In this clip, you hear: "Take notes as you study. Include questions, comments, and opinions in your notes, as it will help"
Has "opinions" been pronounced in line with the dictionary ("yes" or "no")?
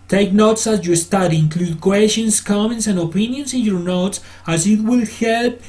no